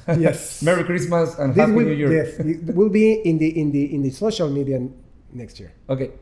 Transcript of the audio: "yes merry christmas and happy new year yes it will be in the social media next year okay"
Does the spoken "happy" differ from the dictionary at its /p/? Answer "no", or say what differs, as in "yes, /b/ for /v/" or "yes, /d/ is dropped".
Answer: yes, /p/ is dropped